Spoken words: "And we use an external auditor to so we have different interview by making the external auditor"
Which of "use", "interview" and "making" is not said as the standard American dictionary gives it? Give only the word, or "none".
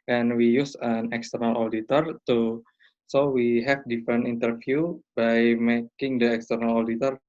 interview